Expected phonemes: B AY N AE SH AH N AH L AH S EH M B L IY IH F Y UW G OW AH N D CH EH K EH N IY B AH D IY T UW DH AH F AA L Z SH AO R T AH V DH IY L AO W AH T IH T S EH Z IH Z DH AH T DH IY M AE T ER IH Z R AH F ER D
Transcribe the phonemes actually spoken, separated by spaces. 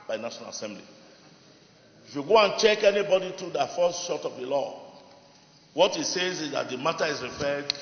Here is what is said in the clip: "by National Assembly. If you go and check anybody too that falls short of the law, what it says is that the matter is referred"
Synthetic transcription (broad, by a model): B AY N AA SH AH N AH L AH S EH M B L IY IH F Y UW G OW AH N CH EH K EH N IY B AH D IY T UW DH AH F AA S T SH AO T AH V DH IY L AO W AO T IH T S EH Z IH Z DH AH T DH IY M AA T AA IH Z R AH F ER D